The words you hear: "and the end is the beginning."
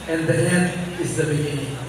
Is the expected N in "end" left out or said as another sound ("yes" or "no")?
yes